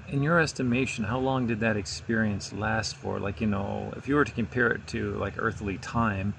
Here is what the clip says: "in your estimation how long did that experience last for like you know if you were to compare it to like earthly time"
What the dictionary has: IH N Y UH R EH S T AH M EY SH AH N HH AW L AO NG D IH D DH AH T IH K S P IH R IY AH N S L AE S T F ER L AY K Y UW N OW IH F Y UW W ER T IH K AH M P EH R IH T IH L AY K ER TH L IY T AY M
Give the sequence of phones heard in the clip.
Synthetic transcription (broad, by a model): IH N Y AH R EH S T AH M EY SH AH N HH AW L AO NG D IH D DH AH T IH K S P IH R IY AH N S L AE S T F ER L AY K Y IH N OW IH F Y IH W ER T IH K AH M P EH R IH T IH L AY K ER TH L IY T AY M